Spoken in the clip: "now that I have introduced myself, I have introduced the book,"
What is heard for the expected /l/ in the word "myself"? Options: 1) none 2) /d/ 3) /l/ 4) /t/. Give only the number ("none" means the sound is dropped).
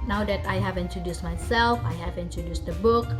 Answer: 3